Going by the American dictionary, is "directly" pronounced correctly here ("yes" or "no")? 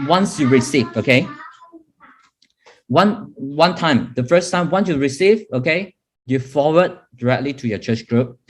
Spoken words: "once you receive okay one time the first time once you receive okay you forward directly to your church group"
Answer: yes